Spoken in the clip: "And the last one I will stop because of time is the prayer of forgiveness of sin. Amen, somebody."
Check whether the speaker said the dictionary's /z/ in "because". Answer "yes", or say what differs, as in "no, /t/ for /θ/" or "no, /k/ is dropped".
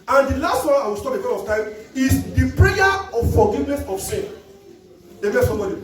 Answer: no, /z/ is dropped